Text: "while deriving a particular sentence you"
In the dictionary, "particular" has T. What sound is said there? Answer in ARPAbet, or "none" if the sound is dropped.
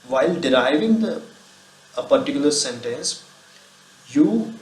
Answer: T